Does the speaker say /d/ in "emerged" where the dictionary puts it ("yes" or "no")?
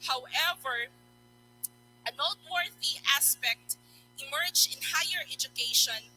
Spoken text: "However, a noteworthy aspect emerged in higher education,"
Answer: no